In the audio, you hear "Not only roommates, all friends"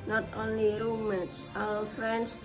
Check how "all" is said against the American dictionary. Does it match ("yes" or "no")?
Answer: no